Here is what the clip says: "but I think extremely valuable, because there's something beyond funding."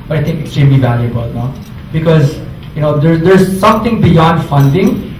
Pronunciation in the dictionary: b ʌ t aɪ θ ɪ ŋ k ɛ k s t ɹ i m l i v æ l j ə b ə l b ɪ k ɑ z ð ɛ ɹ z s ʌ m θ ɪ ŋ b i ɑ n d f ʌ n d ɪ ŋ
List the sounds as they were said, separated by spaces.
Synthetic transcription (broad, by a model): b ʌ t aɪ t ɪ ŋ k ɛ k s t ɹ i m l i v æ l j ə b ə l b ɪ k ɑ z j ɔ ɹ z s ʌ m t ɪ ŋ b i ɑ n d f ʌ n d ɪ ŋ